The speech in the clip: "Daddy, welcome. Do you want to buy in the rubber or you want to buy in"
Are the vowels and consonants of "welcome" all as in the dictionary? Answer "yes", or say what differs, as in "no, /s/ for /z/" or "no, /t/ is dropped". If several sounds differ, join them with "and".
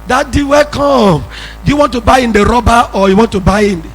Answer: no, /l/ is dropped